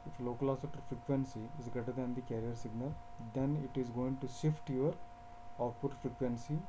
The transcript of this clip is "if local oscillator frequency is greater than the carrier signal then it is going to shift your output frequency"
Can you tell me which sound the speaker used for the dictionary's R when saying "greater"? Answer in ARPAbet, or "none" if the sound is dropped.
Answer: none